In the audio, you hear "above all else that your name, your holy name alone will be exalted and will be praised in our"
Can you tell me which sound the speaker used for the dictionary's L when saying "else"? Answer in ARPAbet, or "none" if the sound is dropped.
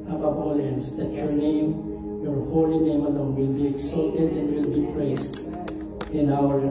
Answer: N